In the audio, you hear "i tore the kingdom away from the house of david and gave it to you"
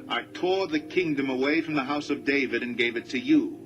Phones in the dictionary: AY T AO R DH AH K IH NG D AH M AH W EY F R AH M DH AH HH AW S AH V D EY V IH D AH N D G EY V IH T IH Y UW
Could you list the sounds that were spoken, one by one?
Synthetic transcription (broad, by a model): AY T AO R DH AH K IH NG D AH M AH W EY F R AH M DH AH HH AW S AH V D EY V IH D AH N G EY V IH T IH Y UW